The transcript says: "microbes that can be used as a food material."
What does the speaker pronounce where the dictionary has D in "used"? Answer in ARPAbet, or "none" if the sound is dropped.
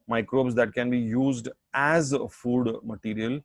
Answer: D